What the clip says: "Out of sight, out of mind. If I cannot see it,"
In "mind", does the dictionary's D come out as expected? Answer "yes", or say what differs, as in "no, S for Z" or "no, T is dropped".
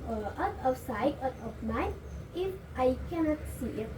no, D is dropped